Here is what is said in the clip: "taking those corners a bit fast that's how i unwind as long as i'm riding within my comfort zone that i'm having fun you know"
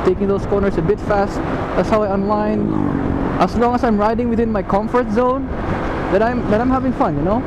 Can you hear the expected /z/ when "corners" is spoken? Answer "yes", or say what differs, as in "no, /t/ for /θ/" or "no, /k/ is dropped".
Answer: no, /s/ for /z/